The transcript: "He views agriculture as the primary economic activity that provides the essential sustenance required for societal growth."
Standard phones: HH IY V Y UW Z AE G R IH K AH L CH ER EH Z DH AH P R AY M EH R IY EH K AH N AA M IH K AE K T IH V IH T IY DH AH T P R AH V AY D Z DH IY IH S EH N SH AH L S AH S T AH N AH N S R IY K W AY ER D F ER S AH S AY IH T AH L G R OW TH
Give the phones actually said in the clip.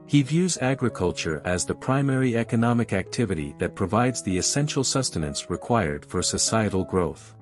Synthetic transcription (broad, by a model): HH IY V Y UW Z AE G R IH K AH L CH ER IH Z DH AH P R AY M EH R IY EH K AH N AA M IH K AE K T IH V IH T IY DH AH T P R AH V AY D Z DH IY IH S EH N SH L S AH S T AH N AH N S R IY K W AY ER D F ER S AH S AY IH T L G R OW TH